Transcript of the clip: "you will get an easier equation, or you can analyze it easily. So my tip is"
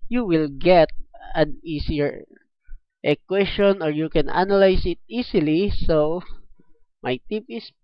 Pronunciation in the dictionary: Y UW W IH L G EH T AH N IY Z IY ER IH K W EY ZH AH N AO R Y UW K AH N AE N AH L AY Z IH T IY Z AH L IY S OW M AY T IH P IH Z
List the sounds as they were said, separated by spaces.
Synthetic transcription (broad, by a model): Y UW W IH L G EH T AH N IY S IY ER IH K W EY S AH N AO R Y UW K AH N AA N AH L AY S IH T IY S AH L IY S OW M AY T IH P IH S